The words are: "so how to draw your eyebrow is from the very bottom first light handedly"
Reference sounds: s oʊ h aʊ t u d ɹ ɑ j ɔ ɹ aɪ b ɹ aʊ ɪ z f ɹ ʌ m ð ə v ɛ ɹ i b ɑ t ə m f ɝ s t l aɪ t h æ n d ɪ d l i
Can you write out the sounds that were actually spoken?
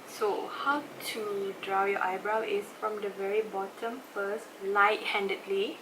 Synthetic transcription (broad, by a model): s oʊ h aʊ t u d ɹ ɑ j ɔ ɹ aɪ b ɹ aʊ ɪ s f ɹ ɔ m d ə v ɛ ɹ i b ɑ t ə m f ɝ s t l aɪ t h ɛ n d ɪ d l i